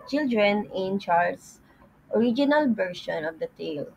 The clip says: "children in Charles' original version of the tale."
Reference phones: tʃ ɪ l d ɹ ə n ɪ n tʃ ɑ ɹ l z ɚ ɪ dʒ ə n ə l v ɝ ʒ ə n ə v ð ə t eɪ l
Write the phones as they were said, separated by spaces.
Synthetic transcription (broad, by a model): tʃ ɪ l d ɹ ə n ɪ n tʃ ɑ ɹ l s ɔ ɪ dʒ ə n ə l b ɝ ʃ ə n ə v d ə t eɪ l